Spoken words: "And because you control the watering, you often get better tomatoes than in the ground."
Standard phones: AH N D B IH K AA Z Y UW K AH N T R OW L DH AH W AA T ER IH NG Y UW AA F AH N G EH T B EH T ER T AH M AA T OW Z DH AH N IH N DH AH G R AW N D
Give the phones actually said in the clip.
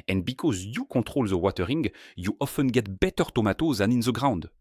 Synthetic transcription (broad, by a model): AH N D B IH K AA Z Y UW K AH T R OW L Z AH W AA T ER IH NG Y UW AA F AH N G EH T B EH T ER T AH M AA T OW Z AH N IH N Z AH G R AW N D